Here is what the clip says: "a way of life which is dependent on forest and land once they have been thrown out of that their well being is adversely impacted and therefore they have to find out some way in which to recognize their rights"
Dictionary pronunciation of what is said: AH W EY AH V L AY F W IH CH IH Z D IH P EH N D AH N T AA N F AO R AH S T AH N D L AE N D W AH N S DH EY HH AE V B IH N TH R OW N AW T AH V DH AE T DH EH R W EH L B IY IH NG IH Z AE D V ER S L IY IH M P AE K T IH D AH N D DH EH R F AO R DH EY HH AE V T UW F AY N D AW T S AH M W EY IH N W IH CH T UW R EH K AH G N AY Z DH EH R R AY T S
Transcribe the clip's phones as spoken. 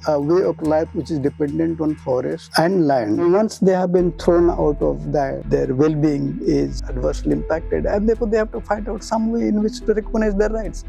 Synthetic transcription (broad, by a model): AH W EY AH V L AY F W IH CH IH Z D IH P EH N D AH N T AA N F AO R AH S T AH N D L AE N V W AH N S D EY HH AE V B IH N T R OW N AW T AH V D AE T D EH R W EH L B IY IH NG IH Z AE D V ER S L IY IH M P AE K T IH D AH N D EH R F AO R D EY HH AE V T UW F AY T AW T S AH M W EY IH N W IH CH T UW R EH K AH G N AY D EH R R AY T S